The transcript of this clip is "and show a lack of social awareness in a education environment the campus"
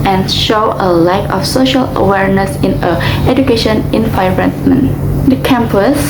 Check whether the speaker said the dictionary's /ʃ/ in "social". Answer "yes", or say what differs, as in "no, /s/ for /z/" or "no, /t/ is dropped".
yes